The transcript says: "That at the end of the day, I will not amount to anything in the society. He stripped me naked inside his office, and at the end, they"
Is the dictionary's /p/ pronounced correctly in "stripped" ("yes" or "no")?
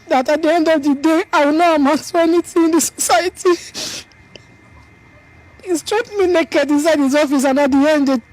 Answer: no